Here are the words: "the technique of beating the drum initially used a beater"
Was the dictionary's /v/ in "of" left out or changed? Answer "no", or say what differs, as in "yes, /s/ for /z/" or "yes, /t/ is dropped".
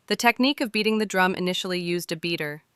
no